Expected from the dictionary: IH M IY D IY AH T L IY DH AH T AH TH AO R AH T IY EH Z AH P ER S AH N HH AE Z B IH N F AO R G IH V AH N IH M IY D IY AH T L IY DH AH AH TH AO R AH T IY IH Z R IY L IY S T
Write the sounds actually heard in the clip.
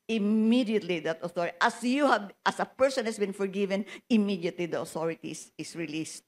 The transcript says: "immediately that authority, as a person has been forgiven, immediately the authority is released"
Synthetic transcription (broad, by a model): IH M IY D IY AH T L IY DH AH T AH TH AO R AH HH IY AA S AH P ER S AH N HH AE S B IH N F AO R G IH V AH N IH M IY D IY AH T L IY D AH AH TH AO R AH T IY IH S R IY L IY S T